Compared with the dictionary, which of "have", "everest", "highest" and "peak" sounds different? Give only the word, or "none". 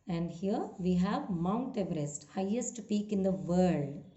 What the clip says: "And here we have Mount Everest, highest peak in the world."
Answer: none